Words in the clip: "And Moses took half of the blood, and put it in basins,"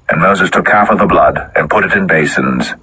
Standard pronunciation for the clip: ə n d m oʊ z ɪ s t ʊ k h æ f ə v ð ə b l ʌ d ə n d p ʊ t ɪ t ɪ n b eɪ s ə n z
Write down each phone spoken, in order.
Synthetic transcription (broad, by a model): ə n m oʊ z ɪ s t ʊ k h æ f ə v ð ə b l ʌ d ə n p ʊ t ɪ t ɪ n b eɪ s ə n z